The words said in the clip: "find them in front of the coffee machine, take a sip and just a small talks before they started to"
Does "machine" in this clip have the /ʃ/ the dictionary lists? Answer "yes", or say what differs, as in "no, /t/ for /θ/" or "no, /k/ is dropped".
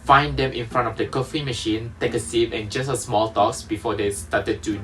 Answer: yes